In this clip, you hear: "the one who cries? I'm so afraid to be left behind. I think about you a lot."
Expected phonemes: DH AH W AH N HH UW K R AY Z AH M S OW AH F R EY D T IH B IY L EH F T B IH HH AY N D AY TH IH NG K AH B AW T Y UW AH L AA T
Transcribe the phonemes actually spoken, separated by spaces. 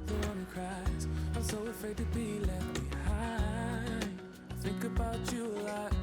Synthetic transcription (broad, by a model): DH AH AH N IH K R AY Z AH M S OW AH F R EY D T IH B IY L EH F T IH HH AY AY TH IH NG K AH B AW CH AH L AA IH